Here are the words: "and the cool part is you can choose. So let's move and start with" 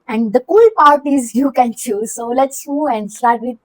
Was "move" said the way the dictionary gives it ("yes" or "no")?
no